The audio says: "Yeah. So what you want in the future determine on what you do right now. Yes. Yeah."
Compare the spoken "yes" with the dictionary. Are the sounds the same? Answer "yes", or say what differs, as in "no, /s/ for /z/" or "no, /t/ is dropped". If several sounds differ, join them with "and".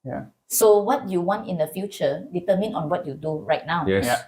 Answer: no, /s/ is dropped